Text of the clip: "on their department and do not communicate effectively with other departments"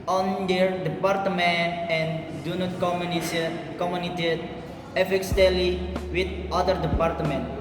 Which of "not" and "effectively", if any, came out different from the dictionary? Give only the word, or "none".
effectively